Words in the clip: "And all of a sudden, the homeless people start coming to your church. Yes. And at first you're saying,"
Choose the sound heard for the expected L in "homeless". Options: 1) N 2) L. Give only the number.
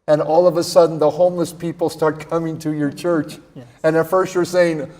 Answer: 2